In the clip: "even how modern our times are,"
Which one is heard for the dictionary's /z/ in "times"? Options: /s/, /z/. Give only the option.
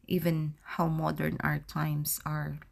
/s/